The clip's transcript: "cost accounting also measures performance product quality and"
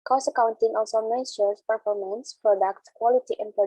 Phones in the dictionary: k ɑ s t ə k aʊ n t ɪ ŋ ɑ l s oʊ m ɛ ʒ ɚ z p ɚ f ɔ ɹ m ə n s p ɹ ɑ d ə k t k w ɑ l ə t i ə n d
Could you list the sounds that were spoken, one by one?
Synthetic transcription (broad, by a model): k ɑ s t ə k aʊ n t ɪ ŋ ɑ l s oʊ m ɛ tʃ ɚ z p ɚ f ɔ ɹ m ə n s p ɹ ɑ d ə k t k w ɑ l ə t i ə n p